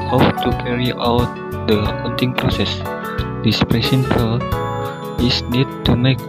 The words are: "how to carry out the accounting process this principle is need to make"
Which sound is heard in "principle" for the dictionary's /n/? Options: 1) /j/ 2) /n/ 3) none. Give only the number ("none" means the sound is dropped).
3